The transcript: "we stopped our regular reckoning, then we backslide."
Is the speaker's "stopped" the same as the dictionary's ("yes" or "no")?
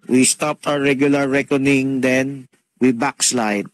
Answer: yes